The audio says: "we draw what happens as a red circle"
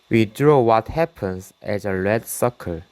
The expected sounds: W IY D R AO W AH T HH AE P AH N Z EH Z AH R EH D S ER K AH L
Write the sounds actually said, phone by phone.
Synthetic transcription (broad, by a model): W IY D R AO W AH T HH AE P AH N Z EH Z AH L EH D S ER K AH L